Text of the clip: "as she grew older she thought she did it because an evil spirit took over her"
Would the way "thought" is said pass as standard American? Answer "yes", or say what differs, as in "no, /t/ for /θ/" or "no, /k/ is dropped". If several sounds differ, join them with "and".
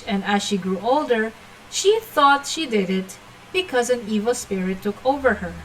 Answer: yes